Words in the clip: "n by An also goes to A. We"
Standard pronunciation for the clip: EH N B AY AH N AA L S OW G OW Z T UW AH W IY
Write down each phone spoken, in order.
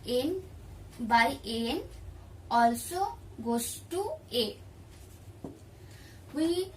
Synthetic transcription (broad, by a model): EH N B AY AH N AA L S OW G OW S T UW AH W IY